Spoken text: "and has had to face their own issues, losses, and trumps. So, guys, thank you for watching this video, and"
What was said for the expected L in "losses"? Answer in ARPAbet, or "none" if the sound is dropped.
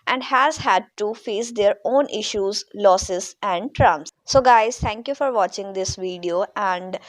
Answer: L